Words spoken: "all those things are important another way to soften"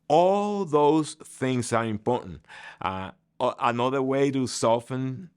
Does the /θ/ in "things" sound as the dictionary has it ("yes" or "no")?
yes